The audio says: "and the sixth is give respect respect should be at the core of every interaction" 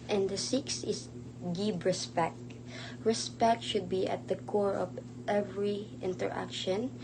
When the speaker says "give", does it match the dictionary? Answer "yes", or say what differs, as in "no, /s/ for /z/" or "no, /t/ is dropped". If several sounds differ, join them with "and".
no, /b/ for /v/